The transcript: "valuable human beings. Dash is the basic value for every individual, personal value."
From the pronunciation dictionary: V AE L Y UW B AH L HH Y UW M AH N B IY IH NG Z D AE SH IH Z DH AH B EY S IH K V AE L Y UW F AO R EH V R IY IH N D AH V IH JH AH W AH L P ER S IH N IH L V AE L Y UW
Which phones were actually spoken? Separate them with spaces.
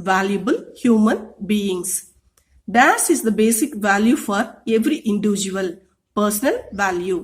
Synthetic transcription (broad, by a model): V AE L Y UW B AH L HH Y UW M AH N B IY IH NG S D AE S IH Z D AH B EY S IH K V AE L Y UW F AO R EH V R IY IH N D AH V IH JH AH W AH L P ER S IH N IH L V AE L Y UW